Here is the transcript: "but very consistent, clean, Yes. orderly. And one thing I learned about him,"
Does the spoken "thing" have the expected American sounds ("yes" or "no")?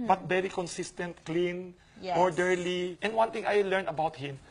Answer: no